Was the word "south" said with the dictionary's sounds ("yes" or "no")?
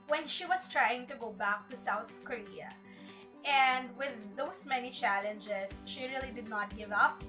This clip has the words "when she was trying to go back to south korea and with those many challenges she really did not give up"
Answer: yes